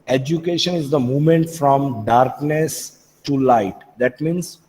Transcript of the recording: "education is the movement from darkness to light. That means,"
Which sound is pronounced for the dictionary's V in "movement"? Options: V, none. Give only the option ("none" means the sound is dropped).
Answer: none